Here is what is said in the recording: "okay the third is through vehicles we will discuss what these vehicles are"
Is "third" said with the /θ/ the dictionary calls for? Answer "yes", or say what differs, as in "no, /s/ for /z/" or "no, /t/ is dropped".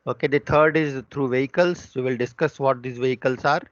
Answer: no, /t/ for /θ/